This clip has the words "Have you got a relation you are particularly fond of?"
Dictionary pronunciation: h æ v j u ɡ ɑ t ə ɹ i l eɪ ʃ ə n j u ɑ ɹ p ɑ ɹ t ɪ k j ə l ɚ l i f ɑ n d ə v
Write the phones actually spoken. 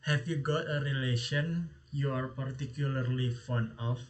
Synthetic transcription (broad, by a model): h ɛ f j u ɡ ɑ t ə ɹ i l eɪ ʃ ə n j u ɑ ɹ p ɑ ɹ t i k j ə l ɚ l i f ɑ n ə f